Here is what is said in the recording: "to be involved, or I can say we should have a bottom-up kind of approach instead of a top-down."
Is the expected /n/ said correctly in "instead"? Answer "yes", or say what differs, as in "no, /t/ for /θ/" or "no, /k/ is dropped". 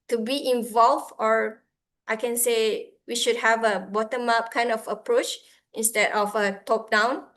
yes